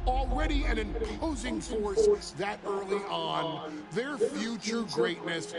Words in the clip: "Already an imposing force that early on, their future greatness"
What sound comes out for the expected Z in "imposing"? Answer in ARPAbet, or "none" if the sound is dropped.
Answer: Z